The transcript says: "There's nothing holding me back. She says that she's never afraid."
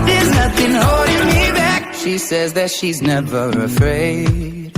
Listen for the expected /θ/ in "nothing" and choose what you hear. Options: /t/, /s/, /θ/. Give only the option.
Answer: /θ/